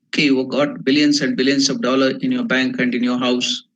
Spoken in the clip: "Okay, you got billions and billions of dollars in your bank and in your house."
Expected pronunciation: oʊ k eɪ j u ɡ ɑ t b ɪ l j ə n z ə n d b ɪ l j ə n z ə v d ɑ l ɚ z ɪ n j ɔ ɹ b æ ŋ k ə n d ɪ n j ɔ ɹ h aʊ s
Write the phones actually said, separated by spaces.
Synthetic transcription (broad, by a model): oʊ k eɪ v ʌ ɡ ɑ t b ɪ l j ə n s ə n d b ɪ l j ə n s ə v d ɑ l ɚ ɪ n j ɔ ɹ b æ ŋ k ə n d ɪ n j ɔ ɹ h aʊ s